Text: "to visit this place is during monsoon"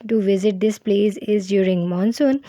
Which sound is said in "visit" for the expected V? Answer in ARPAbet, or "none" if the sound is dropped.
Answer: V